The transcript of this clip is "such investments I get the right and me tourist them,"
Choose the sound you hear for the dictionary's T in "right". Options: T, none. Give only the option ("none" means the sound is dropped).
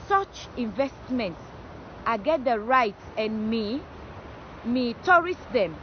T